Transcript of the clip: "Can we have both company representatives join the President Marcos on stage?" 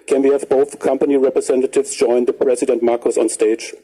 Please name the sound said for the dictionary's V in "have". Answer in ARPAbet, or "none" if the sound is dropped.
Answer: V